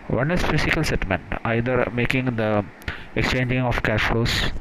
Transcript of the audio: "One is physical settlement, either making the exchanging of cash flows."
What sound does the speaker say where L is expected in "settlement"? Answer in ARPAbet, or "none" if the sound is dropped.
none